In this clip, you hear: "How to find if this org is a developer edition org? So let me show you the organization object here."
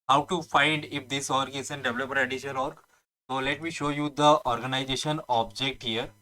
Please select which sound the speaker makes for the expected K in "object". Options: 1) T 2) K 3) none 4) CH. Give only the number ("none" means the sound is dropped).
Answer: 2